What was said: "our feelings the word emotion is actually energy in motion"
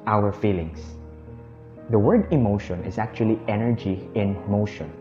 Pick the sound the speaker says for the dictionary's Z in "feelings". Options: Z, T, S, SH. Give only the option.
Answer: S